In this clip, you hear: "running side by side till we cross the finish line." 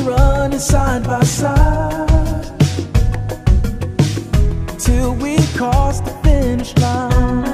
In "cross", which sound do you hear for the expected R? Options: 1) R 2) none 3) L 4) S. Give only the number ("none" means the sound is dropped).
2